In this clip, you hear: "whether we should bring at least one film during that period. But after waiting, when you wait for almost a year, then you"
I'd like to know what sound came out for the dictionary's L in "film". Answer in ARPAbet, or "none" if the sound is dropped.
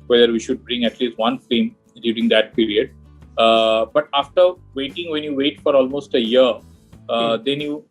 none